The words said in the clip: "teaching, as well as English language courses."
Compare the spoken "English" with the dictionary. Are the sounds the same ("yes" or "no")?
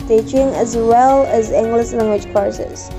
no